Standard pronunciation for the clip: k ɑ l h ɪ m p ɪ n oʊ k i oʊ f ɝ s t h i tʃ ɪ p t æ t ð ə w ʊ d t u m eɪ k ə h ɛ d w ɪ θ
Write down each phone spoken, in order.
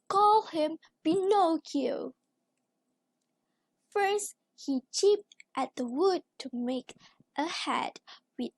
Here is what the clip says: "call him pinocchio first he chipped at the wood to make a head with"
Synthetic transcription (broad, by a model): k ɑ l h ɪ m b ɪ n oʊ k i f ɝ s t h i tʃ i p t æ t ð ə w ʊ d t u m eɪ k ə h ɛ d w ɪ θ